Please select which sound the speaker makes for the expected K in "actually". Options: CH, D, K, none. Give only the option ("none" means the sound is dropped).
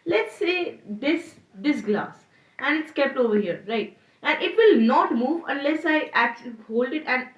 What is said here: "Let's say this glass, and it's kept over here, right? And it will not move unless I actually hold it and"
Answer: K